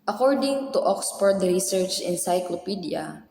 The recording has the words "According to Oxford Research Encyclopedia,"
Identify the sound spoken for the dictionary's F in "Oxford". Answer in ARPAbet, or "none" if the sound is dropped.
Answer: P